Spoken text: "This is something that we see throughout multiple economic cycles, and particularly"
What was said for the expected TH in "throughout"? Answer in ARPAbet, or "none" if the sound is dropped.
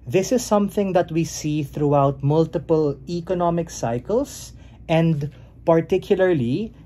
TH